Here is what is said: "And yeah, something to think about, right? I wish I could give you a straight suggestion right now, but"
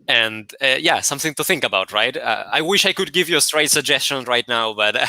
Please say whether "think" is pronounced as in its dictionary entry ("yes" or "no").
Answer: yes